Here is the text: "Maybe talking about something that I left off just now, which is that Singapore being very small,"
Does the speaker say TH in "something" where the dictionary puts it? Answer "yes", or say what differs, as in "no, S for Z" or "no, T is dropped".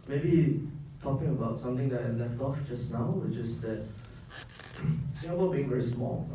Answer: no, T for TH